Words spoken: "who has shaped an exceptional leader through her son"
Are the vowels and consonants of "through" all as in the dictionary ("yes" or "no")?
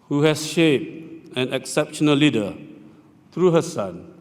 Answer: no